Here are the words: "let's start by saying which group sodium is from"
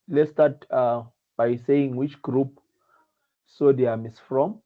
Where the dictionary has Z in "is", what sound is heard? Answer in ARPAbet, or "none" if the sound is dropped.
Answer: S